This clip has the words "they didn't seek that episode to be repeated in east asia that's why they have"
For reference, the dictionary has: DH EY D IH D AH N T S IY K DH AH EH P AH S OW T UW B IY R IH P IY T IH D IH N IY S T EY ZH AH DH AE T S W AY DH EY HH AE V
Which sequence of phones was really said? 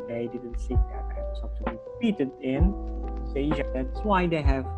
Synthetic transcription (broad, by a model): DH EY D IH D AH N T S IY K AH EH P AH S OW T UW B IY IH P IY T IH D IH N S EY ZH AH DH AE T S W AY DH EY HH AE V